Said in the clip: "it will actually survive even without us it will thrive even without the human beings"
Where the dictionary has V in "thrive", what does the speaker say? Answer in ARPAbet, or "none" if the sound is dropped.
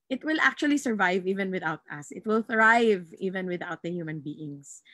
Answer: V